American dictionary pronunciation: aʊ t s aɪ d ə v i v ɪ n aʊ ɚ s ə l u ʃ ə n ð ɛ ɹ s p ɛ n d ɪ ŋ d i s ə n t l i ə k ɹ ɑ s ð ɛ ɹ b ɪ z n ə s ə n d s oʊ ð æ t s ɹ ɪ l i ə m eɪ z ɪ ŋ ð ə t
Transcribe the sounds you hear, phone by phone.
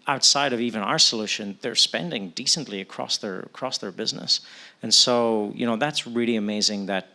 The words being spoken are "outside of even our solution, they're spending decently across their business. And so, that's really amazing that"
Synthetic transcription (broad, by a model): aʊ t s aɪ d ə v i v ɪ n aʊ ɚ s ə l u ʃ ə n ð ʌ ɹ s p ɛ n d ɪ ŋ d i s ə n t l i ə k ɹ ɑ s ð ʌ ɹ b ɪ z n ə s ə n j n oʊ ð æ t s ɹ ɪ l i ə m eɪ z ɪ ŋ ð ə t